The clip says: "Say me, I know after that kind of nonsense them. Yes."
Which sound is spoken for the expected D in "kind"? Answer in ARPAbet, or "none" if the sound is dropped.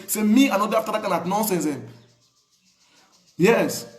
none